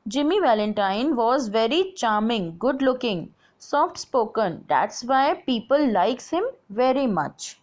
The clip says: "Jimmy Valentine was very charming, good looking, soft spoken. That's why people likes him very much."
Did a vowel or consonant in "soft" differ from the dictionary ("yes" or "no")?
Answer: no